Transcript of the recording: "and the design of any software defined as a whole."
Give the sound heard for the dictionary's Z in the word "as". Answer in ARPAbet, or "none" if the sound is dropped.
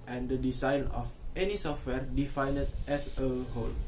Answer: S